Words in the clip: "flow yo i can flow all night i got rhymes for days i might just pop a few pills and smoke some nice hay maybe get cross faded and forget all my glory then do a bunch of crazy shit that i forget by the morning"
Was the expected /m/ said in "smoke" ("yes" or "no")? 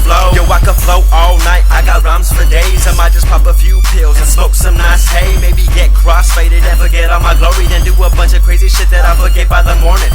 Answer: no